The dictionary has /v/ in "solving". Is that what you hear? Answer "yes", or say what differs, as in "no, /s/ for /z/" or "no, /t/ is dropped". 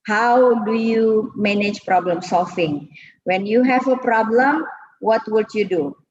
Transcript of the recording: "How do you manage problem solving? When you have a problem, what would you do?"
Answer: no, /f/ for /v/